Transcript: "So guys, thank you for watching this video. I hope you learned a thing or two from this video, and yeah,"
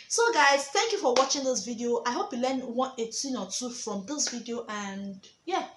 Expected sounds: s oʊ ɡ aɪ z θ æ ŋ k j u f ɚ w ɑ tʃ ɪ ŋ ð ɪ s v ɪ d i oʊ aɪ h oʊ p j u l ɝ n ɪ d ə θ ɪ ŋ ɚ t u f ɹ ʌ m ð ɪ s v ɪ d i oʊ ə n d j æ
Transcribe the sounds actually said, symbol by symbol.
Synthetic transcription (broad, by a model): s oʊ ɡ aɪ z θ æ ŋ k j u f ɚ w ɑ tʃ ɪ ŋ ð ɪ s v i d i oʊ aɪ h oʊ p j u l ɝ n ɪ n ə t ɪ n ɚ t u f ɹ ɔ m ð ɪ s v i d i oʊ ə n d j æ